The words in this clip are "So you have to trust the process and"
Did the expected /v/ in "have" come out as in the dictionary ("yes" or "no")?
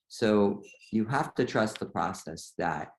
no